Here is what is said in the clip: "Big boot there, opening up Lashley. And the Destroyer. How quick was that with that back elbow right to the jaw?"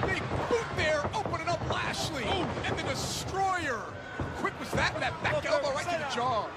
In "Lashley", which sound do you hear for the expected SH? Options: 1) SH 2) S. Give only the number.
1